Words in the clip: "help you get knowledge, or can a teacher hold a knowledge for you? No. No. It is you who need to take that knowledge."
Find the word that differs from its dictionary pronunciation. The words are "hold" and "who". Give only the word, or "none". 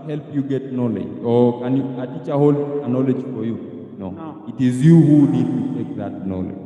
hold